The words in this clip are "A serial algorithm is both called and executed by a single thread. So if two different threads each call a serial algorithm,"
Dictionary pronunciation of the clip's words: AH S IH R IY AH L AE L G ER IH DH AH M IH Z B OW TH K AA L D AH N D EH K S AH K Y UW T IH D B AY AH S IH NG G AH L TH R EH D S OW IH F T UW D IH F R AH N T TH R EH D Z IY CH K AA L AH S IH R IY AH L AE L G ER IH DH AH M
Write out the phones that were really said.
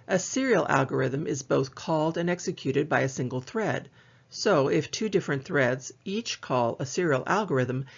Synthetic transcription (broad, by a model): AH S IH R IY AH L AE L G ER IH DH AH M IH Z B OW TH K AA L D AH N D EH K S AH K Y UW T IH D B AY AH S IH NG G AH L TH R EH D S OW IH F T UW D IH F R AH N TH R EH D Z IY CH K AA L AH S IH R IY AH L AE L G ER IH DH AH M